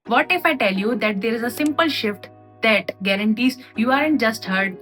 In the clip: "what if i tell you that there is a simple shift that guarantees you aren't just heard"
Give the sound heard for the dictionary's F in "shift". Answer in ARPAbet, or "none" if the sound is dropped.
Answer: F